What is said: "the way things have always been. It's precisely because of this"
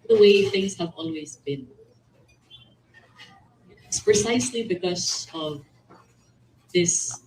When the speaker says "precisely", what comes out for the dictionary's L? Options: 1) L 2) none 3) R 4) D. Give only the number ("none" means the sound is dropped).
1